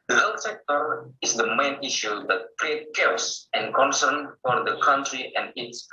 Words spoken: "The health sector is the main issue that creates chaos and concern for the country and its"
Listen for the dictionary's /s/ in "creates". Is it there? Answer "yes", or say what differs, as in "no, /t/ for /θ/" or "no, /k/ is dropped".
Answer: no, /s/ is dropped